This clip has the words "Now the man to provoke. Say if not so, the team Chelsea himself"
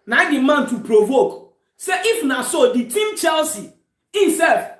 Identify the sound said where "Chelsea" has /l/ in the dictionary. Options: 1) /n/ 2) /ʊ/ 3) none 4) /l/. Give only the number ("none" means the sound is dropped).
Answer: 4